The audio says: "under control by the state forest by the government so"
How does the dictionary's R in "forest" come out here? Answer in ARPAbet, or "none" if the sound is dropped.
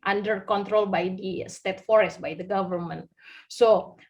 R